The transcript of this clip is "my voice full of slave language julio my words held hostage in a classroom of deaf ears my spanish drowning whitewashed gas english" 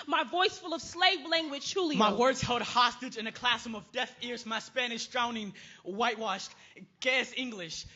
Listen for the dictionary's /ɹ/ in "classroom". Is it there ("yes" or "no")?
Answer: no